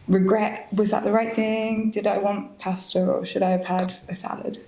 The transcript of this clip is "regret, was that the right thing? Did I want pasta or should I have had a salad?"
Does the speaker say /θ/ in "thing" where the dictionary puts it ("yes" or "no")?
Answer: yes